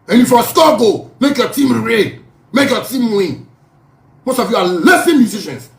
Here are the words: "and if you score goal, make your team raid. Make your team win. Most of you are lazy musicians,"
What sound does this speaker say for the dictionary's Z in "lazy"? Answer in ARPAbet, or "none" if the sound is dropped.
S